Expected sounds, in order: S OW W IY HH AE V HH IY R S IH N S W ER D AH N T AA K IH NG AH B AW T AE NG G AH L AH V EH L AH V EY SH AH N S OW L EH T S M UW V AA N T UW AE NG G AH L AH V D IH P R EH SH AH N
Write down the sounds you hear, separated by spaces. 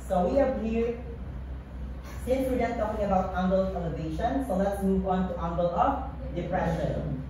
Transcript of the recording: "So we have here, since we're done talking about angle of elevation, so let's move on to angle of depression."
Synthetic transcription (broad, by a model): S OW W IY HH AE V HH IY R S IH S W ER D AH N T AA K IH NG AH B AW T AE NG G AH L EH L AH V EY SH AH N S OW L EH T S M UW V AA N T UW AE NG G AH L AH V D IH P R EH SH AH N